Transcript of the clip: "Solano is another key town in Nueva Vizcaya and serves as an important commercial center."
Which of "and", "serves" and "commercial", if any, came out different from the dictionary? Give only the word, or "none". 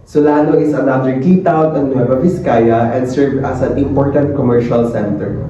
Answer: serves